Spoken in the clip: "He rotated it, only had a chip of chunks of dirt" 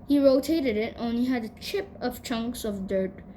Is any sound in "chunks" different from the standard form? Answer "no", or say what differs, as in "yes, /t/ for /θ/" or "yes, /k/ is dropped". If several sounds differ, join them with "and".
no